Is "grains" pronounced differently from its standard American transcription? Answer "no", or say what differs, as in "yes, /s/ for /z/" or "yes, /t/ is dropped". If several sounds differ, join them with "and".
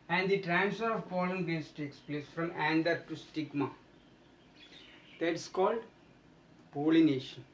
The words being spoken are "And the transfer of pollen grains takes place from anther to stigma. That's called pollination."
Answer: yes, /ɹ/ is dropped and /s/ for /z/